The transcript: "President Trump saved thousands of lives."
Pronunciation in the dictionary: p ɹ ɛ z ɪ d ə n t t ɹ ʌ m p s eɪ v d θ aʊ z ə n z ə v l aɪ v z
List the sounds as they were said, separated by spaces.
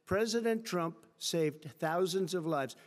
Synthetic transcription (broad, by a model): p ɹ ɛ z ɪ d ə n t t ɹ ʌ m p s eɪ v d θ aʊ z ə n z ə v l aɪ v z